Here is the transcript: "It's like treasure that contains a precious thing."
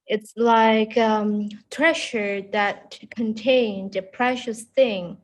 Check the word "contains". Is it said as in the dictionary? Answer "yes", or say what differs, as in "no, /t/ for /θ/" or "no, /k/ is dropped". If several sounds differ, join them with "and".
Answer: no, /z/ is dropped